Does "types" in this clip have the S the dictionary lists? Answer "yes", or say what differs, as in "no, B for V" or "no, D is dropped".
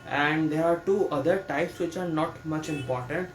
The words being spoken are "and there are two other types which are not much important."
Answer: yes